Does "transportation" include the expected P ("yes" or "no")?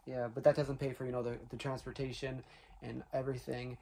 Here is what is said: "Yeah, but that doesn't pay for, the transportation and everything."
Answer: yes